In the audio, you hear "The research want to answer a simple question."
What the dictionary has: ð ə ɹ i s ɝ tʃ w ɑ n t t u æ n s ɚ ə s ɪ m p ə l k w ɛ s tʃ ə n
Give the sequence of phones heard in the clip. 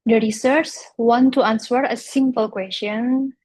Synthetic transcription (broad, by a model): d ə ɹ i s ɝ s w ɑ n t t u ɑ n s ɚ ə s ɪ m p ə l k w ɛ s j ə n